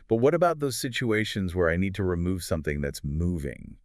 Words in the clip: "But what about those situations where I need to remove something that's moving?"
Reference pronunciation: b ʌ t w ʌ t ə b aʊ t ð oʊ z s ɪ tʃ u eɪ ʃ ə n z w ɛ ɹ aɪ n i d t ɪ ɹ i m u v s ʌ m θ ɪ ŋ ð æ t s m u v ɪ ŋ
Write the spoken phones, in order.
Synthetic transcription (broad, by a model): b ʌ t w ʌ t ə b aʊ t ð oʊ z s ɪ tʃ u eɪ ʃ ə n z w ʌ ɹ aɪ n i d t ɪ ɹ i m u v s ʌ m θ ɪ ŋ ð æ t s m u v ɪ ŋ